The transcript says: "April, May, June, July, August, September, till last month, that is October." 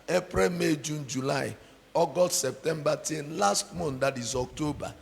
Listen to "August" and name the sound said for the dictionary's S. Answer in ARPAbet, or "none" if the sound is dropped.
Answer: none